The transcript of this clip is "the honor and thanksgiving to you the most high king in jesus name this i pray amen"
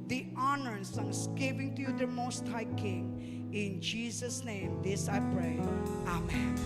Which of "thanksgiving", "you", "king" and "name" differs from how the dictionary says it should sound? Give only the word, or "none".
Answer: thanksgiving